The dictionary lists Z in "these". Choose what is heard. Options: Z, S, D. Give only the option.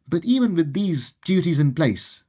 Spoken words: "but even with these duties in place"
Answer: Z